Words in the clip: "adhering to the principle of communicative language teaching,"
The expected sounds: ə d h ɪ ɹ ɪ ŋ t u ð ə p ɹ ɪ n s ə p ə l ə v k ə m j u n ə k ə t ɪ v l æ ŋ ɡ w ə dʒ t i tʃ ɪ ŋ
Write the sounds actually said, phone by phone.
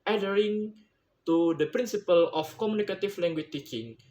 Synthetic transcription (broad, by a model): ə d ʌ ɹ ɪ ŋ t u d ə p ɹ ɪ n s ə p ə l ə f k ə m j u n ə k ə t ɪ f l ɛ ŋ ɡ w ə tʃ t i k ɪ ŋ